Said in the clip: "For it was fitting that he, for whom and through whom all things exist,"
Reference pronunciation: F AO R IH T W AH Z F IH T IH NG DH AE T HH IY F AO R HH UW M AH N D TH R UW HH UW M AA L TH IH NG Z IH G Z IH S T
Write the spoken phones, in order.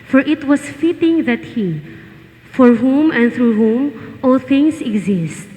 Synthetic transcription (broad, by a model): F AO R IH T W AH S F IH T IH NG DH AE T HH IY F AO R HH UW M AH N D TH R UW HH UW M AA L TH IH NG S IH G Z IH S T